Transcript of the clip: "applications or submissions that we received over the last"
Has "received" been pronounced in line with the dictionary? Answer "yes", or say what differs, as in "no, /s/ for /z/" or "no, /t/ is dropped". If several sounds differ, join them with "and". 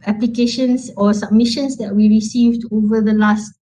yes